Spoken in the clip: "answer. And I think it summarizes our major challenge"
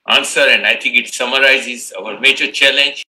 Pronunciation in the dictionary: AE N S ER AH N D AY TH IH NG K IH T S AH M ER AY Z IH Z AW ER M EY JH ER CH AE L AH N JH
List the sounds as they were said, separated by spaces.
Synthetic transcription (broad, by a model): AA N S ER AH N D AY T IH NG K IH T S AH M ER AY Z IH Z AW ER M EY JH ER CH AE L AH N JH